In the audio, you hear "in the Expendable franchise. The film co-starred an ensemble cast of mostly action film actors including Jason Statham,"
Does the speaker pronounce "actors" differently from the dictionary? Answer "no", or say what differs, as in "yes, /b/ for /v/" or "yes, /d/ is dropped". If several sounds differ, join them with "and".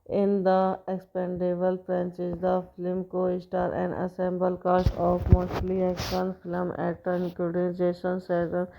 yes, /k/ is dropped